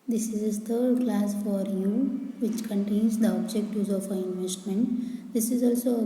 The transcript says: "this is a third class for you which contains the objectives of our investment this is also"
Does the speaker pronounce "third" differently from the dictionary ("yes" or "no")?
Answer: yes